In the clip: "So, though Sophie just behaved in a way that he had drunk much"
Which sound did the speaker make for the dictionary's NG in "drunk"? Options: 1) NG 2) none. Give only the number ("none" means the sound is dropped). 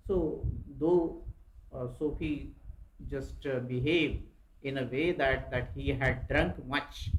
1